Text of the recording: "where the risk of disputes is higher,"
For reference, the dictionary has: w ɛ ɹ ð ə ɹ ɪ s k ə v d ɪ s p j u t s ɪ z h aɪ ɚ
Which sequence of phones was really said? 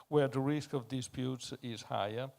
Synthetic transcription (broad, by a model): w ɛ ɹ ð ə ɹ ɪ s k ə v d ɪ s p j u t s ɪ z h aɪ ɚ